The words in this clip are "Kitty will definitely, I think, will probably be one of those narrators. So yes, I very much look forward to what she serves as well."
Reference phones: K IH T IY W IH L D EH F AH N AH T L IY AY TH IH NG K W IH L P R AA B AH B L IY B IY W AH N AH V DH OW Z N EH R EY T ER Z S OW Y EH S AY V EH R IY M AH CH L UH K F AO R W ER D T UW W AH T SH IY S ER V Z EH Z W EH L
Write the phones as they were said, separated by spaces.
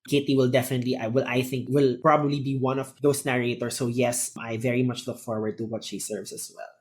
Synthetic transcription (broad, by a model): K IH T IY W IH L D EH F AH N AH T L IY AY TH IH NG K W IH L P R AA B AH B L IY B IY W AH N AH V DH OW S N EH R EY T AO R S OW Y EH S AY V EH R IY M AH CH L UH K F AO R W ER D T UW W AH T SH IY S ER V S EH S W EH L